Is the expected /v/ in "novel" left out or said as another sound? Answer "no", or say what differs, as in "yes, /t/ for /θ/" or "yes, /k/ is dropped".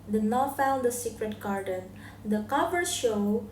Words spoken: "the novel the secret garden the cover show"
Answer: yes, /f/ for /v/